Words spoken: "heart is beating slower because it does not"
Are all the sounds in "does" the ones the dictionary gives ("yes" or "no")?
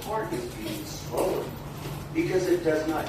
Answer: yes